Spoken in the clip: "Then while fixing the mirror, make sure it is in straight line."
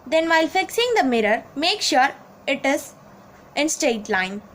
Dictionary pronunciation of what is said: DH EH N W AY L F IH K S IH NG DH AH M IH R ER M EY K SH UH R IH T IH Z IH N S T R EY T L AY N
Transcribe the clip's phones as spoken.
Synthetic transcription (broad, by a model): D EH N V AY L F IH K S IH NG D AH M IH R ER M EY K SH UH R IH T IH Z IH N S T EY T L AY N